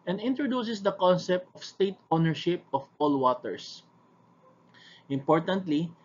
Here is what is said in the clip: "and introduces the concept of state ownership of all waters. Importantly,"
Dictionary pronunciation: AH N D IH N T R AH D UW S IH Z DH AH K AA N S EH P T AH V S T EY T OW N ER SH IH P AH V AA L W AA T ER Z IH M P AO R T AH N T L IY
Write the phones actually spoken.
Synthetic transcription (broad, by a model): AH N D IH N T R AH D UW S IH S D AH K AA N S EH P T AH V S T EY T OW N ER SH IH P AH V AA L W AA T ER S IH M P AO R T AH N T L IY